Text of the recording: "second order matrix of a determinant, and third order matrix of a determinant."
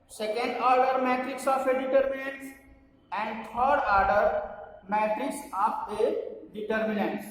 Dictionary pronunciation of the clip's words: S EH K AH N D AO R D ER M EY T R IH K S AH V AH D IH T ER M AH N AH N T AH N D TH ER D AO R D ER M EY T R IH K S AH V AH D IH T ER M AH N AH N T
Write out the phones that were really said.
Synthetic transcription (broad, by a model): S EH K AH N D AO R D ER M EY T R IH K S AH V AH D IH T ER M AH N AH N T AH N D T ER D AO R D ER M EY T R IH K S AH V AH D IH T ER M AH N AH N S